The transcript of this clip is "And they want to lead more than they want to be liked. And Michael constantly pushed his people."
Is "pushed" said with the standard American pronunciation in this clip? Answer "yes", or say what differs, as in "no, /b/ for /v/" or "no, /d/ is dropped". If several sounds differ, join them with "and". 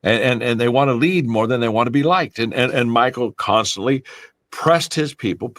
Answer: no, /s/ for /ʃ/